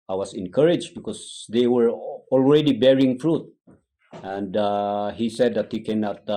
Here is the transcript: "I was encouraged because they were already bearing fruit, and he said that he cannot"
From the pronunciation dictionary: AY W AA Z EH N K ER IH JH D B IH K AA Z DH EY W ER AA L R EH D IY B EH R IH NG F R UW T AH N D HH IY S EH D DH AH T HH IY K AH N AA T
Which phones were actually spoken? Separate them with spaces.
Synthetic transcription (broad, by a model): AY W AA S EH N K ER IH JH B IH K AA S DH EY W ER AA L R EH D IY B EH R IH NG F R UW T AH N D HH IY S EH D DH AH T HH IY K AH N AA T